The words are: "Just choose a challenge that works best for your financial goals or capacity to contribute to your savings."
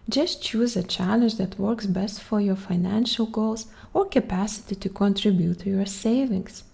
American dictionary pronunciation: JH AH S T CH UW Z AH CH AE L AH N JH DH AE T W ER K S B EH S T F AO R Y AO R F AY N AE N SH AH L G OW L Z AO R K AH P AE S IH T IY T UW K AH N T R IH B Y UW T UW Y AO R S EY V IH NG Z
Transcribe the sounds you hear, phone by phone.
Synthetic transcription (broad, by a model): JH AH S T CH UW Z AH CH AE L AH N JH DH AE T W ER K S B EH S T F AO R Y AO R F AY N AE N SH AH L G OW L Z AO R K AH P AE S IH T IY T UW K AH N T R IH B Y UW T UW Y AO R S EY V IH NG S